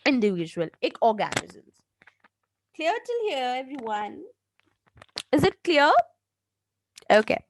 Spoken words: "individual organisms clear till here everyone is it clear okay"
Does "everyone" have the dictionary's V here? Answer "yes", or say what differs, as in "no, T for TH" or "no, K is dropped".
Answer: yes